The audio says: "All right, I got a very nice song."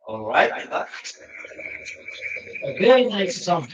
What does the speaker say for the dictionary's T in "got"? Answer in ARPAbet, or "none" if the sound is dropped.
none